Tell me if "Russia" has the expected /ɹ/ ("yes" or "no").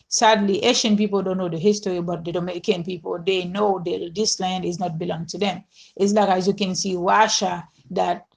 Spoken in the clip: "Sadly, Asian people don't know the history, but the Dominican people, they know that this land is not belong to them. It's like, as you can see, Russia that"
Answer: no